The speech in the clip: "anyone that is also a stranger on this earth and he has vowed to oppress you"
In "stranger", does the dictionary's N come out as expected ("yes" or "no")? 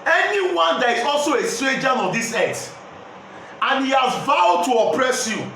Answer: no